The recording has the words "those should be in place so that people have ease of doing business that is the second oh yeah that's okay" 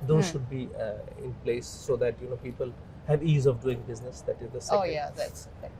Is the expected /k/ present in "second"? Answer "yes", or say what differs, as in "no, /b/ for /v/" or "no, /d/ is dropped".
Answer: no, /k/ is dropped